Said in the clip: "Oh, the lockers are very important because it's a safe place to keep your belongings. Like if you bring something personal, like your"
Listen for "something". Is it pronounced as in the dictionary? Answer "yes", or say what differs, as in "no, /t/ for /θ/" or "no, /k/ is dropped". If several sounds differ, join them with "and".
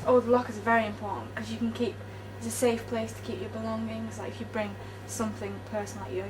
yes